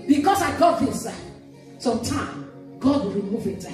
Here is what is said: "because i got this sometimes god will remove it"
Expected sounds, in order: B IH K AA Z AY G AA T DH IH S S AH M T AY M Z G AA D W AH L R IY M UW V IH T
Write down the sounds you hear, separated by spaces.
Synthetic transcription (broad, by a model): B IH K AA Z AY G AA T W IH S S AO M T AY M G AA D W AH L R IY M UW V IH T